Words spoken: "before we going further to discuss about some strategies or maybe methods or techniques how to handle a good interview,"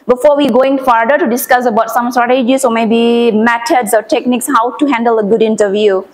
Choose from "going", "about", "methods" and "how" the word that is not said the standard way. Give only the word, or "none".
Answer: methods